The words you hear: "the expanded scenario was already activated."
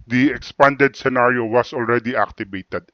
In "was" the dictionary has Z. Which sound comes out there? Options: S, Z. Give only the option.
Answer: S